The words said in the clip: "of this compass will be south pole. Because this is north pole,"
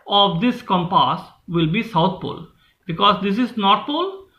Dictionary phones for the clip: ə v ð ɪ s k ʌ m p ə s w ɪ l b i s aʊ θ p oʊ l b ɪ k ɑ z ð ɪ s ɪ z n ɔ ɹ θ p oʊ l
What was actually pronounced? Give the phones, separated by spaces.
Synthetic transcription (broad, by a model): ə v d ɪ s k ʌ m p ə s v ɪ l b i s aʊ t p oʊ l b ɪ k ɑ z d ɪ s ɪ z n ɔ ɹ t p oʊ l